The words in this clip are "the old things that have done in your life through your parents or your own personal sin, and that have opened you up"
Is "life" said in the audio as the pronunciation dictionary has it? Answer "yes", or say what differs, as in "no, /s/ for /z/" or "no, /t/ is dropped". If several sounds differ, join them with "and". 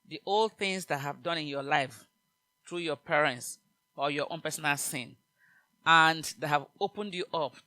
yes